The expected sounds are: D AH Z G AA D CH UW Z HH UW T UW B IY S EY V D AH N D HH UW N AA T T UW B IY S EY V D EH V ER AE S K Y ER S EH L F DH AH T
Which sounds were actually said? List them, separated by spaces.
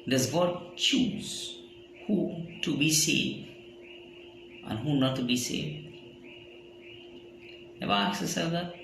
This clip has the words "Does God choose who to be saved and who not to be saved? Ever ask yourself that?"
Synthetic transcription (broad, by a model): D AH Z G AA D CH UW Z HH UW T UW B IY S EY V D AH N HH UW N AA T T UW B IY S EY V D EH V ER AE K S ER S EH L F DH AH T